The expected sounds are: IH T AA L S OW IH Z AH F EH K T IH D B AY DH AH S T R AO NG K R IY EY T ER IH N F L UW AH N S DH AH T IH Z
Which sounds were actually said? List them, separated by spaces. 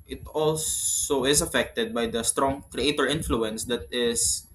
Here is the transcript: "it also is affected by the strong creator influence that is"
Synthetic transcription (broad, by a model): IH T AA L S OW IH S AH F EH K T IH D B AY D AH S T R AO NG K R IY EY T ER IH N F L UW AH N S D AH T IH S